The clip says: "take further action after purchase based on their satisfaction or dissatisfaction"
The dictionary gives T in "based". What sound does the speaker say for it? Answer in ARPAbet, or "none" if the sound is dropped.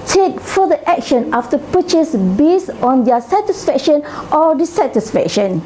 none